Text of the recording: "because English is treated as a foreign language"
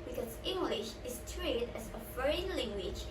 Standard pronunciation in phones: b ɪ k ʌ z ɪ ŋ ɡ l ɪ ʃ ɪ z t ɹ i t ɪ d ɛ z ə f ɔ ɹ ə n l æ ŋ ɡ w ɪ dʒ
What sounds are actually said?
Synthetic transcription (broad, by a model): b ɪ k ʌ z ɪ ŋ ɡ l ɪ ʃ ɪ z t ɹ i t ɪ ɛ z ə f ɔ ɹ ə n l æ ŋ ɡ w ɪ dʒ